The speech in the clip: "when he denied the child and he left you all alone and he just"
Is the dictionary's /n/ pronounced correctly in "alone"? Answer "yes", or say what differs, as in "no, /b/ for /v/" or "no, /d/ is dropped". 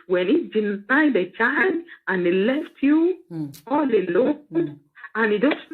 no, /n/ is dropped